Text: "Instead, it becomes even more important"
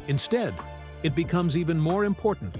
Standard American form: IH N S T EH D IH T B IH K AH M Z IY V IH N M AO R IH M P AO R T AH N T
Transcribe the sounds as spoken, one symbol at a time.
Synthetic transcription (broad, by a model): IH N S T EH D IH T B IH K AH M Z IY V IH N M AO R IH M P AO R T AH N T